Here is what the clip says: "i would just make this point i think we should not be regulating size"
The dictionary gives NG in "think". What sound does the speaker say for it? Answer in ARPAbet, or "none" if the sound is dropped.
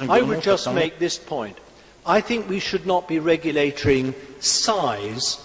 NG